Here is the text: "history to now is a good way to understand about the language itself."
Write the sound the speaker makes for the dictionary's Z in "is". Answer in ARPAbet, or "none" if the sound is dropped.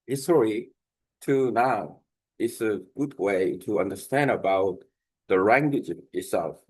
S